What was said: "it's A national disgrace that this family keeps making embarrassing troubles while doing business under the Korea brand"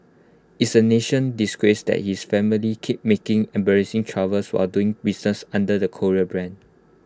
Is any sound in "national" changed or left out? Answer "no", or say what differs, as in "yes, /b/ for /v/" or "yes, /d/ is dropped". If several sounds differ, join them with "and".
yes, /n/ is dropped and /n/ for /l/